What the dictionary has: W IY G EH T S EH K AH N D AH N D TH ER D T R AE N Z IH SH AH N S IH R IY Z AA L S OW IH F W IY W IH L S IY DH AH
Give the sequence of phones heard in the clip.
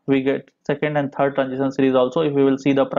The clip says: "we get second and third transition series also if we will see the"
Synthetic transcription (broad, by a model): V IY G EH T S EH K AH N D AH N D T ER D T R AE N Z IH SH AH N S IH R IY Z AA L S OW IH F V IY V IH L S IY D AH